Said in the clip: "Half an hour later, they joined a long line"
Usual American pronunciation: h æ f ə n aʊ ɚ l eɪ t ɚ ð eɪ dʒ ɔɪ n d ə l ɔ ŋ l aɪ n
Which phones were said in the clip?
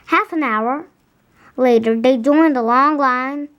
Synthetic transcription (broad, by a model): h æ f ə n aʊ ɚ l eɪ t ɚ ð eɪ dʒ ɔɪ n d ə l ɔ ŋ l aɪ n